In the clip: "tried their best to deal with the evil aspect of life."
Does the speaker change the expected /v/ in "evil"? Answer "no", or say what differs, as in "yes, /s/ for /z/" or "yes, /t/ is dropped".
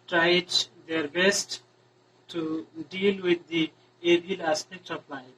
yes, /b/ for /v/